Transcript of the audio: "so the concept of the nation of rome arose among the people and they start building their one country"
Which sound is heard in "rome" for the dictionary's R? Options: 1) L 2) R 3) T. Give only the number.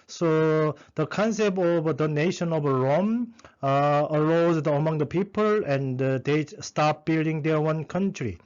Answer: 2